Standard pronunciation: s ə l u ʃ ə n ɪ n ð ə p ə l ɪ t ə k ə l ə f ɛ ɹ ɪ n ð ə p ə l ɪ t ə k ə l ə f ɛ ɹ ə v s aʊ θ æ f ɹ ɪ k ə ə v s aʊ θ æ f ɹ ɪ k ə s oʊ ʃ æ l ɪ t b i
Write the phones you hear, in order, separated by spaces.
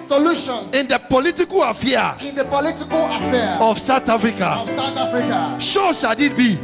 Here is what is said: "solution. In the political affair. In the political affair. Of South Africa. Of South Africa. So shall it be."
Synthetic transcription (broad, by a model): s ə l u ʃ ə n ɪ n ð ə p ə l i t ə k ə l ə f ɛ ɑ ɪ n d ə p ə l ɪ t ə k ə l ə f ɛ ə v s aʊ t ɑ f ɹ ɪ k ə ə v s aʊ t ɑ f ɹ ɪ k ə ʃ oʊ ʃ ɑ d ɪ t b i